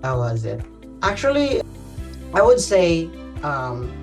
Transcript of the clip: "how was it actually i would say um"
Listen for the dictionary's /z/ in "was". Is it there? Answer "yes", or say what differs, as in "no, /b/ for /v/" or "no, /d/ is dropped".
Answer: yes